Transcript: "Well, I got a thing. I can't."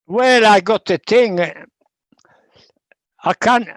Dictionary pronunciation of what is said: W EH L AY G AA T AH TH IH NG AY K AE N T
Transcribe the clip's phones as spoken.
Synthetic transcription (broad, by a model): W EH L AY G AA T AH T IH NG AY K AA N